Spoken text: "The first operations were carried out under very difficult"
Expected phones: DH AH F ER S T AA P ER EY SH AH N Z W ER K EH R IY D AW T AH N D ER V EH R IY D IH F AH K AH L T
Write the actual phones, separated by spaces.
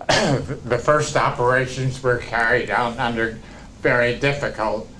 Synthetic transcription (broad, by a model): DH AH F ER S T AA P ER EY SH AH N Z W ER K EH R IY D AW T AH N D ER V EH R IY D IH F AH K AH L T